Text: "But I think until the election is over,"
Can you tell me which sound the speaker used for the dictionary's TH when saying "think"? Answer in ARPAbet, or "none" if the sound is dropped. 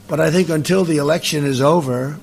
TH